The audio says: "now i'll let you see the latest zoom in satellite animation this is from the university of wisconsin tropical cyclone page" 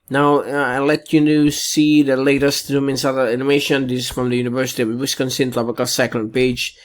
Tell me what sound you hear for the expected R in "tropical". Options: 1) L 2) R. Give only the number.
1